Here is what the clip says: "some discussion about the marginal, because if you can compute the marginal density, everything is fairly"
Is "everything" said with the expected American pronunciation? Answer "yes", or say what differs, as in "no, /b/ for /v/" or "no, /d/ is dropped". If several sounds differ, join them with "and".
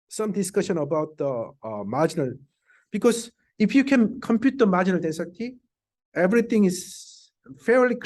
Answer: no, /t/ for /θ/